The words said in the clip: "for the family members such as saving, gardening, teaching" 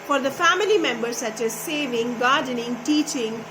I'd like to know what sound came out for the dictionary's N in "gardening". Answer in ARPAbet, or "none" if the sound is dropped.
N